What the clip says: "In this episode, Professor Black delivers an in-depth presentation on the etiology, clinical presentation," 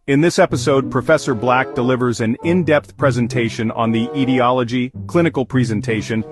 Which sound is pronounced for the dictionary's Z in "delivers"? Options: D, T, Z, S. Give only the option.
Z